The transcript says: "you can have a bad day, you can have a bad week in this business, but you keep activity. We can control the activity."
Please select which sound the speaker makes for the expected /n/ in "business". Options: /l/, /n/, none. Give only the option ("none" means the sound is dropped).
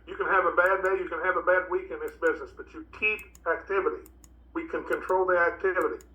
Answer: /n/